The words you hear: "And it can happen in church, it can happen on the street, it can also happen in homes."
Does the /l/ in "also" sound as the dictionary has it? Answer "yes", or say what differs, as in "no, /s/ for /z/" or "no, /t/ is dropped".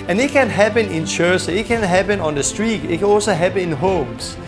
no, /l/ is dropped